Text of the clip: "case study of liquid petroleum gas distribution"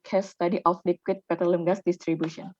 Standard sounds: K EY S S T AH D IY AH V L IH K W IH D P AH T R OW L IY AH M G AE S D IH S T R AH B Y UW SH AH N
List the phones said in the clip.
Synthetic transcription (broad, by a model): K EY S S T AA D IY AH F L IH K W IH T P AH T OW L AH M G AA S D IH S T R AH B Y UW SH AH N